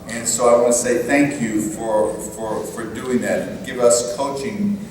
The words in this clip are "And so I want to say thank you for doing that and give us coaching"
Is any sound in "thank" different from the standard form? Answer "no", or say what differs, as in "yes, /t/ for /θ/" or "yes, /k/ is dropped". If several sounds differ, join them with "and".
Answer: no